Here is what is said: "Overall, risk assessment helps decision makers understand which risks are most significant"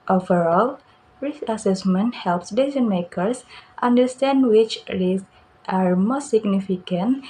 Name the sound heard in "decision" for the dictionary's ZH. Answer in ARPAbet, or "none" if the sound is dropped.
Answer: Z